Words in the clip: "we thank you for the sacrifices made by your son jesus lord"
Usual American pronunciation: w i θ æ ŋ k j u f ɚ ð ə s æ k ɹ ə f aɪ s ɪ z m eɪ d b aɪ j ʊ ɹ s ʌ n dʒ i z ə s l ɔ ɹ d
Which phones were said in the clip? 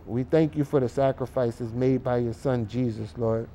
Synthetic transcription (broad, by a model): w i θ æ ŋ k j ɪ f ɚ ð ə s æ k ɹ ə f aɪ s ɪ z m eɪ d b aɪ j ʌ ɹ s ʌ n dʒ i z ə s l ɔ ɹ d